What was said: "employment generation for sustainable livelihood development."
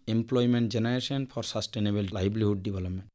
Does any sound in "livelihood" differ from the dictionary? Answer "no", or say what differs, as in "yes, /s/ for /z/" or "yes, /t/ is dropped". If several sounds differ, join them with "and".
yes, /b/ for /v/